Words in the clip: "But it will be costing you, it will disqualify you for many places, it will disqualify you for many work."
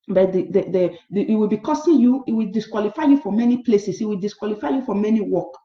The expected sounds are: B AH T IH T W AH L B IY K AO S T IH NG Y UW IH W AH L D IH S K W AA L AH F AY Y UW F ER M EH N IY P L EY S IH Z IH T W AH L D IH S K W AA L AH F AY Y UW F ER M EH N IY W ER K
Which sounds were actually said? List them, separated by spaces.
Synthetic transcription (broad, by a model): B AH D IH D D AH W B IY K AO S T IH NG Y UW IH W AH L D IH S K W AA L AH F AY Y UW F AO M EH N IY P L EY S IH S IH T W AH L D IH S K W AA L AH F AY Y UW F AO M EH N IY W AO K